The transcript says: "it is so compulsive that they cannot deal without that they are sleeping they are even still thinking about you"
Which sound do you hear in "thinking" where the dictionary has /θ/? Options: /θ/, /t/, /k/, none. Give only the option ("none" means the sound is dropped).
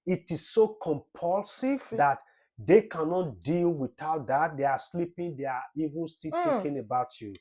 /t/